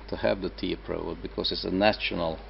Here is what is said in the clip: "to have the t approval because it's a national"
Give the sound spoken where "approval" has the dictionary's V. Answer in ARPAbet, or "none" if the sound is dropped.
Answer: none